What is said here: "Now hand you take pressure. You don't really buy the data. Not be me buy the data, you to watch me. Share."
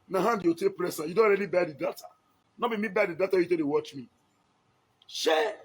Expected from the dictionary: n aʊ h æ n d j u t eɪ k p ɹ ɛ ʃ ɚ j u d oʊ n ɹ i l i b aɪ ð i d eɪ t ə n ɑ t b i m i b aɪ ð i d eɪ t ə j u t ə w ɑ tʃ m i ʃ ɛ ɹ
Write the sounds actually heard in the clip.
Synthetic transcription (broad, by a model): n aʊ h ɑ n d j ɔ t eɪ k p ɹ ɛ s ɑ j u d oʊ n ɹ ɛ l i b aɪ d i d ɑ t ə n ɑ b i m i b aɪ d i d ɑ t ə j u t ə w ɑ tʃ m i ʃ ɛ